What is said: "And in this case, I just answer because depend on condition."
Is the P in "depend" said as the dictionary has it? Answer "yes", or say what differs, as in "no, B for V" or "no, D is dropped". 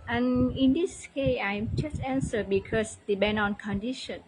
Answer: no, B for P